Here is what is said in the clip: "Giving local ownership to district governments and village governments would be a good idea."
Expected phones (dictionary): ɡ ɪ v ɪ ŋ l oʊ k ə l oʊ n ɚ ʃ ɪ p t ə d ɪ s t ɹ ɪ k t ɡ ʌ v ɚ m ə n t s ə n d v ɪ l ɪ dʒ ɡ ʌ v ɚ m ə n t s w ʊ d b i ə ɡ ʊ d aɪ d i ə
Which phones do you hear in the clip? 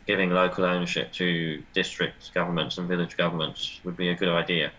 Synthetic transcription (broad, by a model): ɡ ɪ v ɪ ŋ l oʊ k ə l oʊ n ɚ ʃ ɪ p t ə d ɪ s t ɹ ɪ k t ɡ ʌ v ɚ m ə n t s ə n v ɪ l ɪ dʒ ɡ ʌ v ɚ m ə n t s w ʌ d b i ə ɡ ʊ d aɪ d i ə